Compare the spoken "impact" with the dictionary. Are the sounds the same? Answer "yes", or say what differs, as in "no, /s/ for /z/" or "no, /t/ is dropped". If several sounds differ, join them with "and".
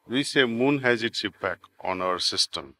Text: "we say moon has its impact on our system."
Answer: no, /t/ is dropped